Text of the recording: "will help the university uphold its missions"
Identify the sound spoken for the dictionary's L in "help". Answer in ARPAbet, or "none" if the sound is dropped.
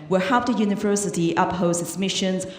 none